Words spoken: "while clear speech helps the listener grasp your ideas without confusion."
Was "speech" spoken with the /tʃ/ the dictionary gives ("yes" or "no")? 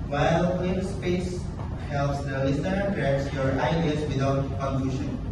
no